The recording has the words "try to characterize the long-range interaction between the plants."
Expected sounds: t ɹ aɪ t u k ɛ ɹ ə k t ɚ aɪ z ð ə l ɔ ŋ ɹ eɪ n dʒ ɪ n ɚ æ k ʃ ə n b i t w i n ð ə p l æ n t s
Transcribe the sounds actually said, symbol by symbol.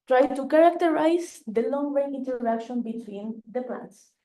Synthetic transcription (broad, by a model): t ɹ aɪ t u k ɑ ɹ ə k t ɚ aɪ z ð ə l ɔ ŋ w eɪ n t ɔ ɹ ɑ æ k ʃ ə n b i t w i n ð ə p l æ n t s